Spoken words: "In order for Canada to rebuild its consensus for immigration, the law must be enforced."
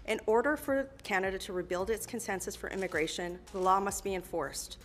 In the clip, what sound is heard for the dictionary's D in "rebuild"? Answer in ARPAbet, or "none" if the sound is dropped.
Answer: D